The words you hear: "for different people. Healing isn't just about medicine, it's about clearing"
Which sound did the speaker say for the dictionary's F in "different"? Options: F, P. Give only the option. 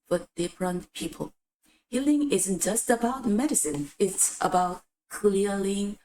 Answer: P